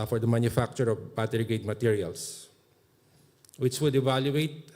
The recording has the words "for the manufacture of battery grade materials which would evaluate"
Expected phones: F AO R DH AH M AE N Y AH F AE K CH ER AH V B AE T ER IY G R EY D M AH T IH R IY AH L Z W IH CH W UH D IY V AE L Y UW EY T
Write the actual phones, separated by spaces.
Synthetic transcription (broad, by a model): F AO R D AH M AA N Y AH F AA K CH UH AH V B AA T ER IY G EY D M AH T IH R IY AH L S W IH CH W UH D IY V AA L Y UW EY T